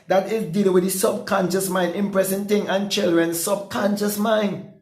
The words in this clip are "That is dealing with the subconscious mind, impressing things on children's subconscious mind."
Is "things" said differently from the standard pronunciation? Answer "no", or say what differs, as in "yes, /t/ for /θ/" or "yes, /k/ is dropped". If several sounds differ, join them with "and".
yes, /z/ is dropped